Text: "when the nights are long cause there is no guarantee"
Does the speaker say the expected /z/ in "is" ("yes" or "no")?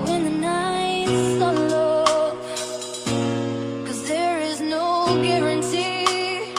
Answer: yes